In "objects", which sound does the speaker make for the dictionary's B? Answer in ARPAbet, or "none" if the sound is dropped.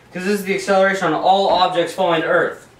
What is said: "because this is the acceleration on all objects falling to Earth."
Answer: B